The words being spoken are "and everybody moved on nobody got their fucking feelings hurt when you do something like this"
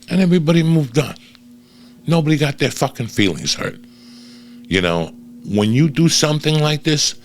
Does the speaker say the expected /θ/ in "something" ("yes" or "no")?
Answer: yes